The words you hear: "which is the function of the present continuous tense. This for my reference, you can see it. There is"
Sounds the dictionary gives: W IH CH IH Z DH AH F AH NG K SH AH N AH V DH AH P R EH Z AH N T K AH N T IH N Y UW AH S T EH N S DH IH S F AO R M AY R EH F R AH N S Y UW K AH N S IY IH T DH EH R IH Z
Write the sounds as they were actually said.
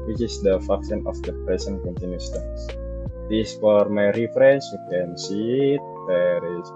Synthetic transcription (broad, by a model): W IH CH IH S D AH F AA K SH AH N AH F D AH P R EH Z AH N K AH N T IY N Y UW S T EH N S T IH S F AO R M AY R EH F R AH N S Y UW K AH N S IY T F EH R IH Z